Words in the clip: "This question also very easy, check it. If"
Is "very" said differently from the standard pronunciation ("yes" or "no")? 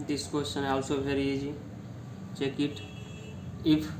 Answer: yes